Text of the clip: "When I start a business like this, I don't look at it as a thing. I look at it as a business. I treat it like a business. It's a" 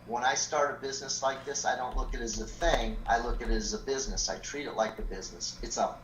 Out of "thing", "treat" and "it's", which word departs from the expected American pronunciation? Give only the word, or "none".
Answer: none